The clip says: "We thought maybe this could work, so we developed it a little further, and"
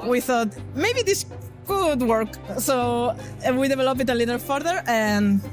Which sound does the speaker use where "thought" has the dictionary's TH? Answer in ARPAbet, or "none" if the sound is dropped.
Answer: TH